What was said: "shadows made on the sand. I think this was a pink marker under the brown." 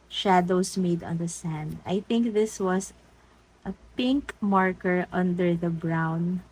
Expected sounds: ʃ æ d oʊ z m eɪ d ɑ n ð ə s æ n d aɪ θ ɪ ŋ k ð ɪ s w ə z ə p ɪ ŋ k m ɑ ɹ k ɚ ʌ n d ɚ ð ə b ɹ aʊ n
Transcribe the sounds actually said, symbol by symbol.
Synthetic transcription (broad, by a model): ʃ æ d oʊ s m eɪ d ɑ n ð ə s æ n d aɪ θ ɪ ŋ k ð ɪ s w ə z ə p ɪ ŋ k m ɑ ɹ k ɚ ʌ n d ɚ ð ə b ɹ aʊ n